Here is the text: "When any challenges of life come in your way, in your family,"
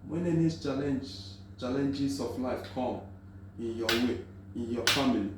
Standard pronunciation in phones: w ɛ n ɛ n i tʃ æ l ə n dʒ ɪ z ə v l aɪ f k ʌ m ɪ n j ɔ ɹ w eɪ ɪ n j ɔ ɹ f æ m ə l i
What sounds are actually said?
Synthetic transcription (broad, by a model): w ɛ n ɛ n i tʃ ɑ l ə n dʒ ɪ s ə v l aɪ f k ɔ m ɪ n j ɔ w eɪ ɪ n j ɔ f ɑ m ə l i